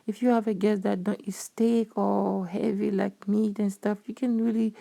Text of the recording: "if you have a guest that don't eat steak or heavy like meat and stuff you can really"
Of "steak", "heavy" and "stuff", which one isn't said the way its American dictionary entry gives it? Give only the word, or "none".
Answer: none